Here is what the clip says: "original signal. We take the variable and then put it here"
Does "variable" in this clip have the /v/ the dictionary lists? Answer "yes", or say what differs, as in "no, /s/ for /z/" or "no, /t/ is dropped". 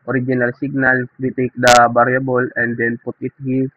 no, /b/ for /v/